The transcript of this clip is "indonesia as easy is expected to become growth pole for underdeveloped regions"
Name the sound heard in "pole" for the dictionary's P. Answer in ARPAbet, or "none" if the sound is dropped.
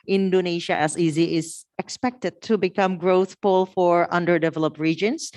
F